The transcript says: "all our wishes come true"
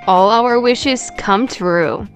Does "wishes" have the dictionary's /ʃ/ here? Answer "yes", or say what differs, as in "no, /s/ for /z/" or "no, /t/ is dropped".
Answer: yes